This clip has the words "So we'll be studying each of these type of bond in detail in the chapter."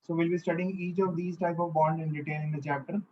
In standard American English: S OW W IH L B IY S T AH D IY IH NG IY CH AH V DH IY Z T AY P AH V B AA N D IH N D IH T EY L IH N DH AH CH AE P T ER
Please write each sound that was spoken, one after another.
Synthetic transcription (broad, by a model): S OW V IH L B IY S T AH D IY IH NG IY CH AH V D IY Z T AY P AH V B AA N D IH N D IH T EY N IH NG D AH CH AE P T ER